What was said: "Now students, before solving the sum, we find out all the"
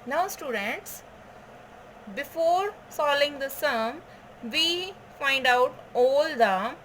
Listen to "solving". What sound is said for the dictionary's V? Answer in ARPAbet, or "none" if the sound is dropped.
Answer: none